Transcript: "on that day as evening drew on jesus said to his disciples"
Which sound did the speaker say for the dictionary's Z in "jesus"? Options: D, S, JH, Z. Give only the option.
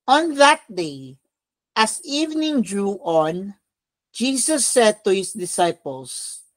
S